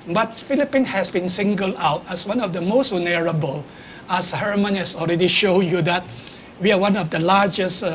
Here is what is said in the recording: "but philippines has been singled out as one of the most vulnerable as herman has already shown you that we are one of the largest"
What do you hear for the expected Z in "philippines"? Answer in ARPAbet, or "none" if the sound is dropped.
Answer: none